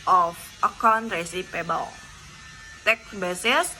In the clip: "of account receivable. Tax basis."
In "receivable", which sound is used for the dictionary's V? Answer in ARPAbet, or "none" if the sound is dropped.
P